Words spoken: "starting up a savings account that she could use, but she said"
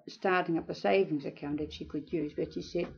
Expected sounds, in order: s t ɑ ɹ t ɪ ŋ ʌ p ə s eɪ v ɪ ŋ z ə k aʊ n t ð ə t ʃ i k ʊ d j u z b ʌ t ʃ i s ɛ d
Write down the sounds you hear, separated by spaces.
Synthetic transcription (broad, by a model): s t ɑ ɹ t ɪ ŋ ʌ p ə s eɪ v ɪ ŋ z ə k aʊ n t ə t ʃ i k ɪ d j u z b ʌ t ʃ i s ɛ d